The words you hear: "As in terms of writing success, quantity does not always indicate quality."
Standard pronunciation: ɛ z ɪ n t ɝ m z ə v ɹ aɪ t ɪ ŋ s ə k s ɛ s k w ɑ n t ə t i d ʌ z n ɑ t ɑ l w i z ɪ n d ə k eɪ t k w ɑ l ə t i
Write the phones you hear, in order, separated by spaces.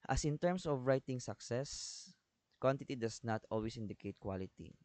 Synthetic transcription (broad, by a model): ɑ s ɪ n t ɝ m s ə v ɹ aɪ t ɪ ŋ s ə k s ɛ s k w ɑ n t ə t i d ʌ s n ɑ t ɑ l w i s ɪ n d ə k eɪ t k w ɑ l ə t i